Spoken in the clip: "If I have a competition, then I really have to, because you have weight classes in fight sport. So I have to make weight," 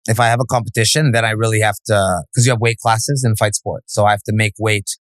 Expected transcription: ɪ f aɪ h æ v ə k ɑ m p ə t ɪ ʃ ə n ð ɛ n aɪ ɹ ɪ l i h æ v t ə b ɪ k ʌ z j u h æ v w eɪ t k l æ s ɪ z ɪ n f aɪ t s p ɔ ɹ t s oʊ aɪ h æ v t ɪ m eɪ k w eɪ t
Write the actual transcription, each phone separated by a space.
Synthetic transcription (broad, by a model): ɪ f aɪ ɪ v ə k ɑ m p ə t ɪ ʃ ə n ð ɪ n aɪ ɹ ɪ l i h æ f t ə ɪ k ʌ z j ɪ v w eɪ t k l æ s ɪ z ɪ n f aɪ t s p ɔ ɹ t s oʊ aɪ h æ f t ɪ m eɪ k w eɪ t